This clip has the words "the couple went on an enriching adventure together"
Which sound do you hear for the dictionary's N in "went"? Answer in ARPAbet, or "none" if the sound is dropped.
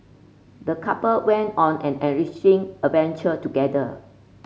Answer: N